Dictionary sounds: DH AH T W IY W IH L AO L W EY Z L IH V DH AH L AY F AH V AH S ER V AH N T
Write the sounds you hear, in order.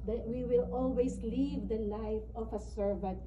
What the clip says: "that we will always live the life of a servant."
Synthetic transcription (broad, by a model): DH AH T W IY W IH L AO L W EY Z L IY V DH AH N AY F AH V AH S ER V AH N T